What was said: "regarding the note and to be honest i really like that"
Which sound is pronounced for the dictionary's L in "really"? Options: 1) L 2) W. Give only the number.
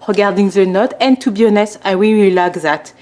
2